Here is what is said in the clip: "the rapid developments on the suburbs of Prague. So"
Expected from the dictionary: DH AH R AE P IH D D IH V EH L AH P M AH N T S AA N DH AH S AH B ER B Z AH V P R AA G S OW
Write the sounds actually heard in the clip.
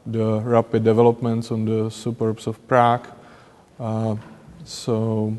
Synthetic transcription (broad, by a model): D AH R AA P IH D D IH V EH L AH P M AH N T S AA N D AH S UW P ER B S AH F P R AA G S OW